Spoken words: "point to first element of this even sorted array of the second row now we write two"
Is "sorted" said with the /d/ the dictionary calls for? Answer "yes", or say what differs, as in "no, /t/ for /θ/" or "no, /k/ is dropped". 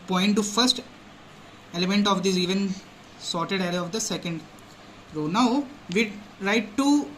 yes